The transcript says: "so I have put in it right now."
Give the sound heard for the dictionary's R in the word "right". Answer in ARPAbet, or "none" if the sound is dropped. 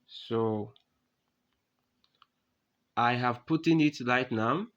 L